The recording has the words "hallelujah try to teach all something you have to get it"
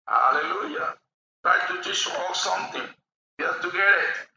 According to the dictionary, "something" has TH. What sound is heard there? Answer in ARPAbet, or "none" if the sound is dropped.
T